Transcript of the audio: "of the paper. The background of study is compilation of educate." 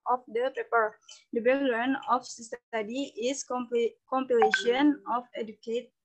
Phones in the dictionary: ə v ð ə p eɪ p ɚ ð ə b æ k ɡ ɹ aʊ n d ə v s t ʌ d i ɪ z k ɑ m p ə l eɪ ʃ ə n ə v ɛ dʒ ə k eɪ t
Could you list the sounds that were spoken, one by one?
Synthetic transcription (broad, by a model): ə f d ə p eɪ p ɚ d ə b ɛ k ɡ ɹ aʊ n ə f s s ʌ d i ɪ s k ɑ m p ə l eɪ ʃ ə n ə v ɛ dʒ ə k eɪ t